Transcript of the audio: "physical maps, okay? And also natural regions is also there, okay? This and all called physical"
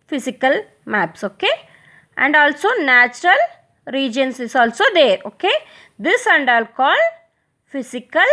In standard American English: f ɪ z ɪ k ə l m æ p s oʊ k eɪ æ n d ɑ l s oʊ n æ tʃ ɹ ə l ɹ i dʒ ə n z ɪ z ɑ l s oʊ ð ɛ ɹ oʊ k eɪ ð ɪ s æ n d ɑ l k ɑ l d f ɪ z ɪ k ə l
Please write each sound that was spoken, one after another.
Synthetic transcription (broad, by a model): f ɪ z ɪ k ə l m æ p s oʊ k eɪ æ n d ɑ l s oʊ n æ tʃ ɹ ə l ɹ i dʒ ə n s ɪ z ɑ l s oʊ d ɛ ɹ oʊ k eɪ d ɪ s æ n d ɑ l k ɑ l d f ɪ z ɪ k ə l